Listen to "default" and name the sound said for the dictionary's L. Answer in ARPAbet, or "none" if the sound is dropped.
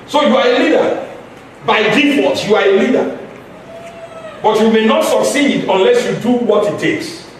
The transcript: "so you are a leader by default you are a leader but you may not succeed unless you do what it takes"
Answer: none